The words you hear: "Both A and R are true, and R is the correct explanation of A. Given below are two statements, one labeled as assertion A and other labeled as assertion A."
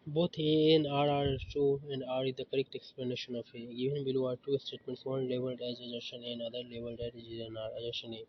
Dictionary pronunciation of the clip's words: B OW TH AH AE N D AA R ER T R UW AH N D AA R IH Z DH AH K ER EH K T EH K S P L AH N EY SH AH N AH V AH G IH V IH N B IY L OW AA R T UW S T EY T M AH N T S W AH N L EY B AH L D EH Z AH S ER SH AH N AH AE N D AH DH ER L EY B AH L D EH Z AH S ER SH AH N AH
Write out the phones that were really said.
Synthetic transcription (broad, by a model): B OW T AH N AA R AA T UW AH N D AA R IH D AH K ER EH K T EH K S P L AH N EY SH AH N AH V AH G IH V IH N B IY L OW AA R T UW S T EY T M AH N T S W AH N L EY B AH L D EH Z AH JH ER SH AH N AH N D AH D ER L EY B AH L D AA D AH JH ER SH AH N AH